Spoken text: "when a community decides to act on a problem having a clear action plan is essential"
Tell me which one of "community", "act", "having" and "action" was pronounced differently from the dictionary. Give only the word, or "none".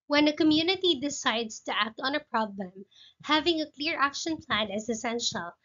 none